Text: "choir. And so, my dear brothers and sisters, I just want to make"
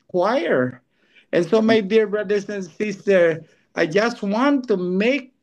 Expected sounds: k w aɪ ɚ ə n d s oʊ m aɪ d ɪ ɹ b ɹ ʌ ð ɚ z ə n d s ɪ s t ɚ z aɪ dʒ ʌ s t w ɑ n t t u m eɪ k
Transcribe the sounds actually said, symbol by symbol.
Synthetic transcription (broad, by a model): k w aɪ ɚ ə n s oʊ m aɪ d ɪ ɹ b ɹ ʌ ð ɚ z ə n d s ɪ s t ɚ aɪ dʒ ʌ s t w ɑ n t t u m eɪ k